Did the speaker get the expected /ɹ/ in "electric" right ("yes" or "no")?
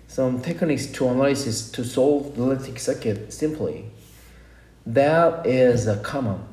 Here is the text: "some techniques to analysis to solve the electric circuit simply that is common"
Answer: no